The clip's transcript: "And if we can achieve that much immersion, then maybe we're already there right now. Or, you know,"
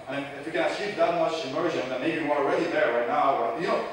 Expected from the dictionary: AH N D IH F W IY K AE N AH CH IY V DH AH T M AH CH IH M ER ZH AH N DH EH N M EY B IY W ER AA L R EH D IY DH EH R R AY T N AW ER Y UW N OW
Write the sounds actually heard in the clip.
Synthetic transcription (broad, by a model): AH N IH F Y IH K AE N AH S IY P DH AH T M AH CH IH M ER ZH AH N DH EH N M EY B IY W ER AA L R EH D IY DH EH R R AY T N AW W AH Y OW